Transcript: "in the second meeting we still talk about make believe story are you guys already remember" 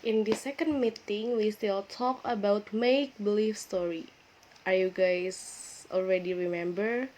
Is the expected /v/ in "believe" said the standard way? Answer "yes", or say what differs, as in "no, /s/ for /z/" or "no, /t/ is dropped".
no, /f/ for /v/